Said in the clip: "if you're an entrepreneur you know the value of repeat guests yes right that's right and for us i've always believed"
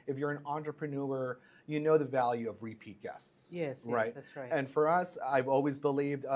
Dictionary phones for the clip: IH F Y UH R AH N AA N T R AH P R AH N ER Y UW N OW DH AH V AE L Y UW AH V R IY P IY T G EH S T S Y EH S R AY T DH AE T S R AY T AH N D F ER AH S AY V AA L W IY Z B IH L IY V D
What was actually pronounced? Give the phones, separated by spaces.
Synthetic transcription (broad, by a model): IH F Y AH R AH N AA N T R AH P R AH N ER Y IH N OW DH AH V AE L Y UW AH V R IY P IY T G EH S T S Y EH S R AY T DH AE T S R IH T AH N F ER AH S AY V AA L W IY Z B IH L IY V D